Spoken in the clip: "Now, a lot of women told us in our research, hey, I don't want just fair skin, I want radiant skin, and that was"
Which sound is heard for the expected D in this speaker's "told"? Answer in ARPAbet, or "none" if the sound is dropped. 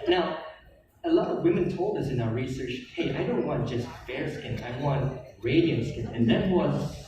D